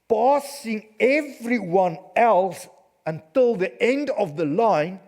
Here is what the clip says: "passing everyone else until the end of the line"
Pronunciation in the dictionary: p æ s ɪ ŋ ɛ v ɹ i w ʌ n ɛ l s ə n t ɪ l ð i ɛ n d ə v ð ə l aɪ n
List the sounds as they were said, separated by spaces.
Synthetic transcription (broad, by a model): p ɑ s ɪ ŋ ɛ v ɹ i w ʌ n ɛ l s ə n t ɪ l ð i ɛ n d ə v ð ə l aɪ n